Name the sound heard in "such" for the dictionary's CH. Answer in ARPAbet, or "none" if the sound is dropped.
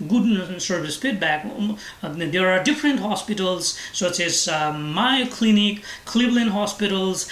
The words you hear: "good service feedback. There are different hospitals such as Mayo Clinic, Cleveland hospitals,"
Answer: S